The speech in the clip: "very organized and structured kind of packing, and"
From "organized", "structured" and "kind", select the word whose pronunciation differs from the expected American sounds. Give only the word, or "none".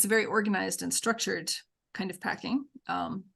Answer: none